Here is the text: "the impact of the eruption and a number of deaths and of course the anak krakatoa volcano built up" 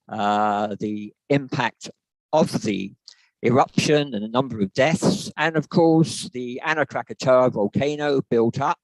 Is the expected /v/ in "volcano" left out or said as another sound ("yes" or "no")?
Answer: no